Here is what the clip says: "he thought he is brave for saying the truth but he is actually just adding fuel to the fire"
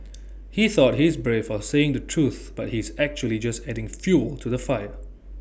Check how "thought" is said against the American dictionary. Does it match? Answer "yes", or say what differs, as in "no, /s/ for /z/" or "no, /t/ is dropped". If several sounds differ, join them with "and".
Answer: yes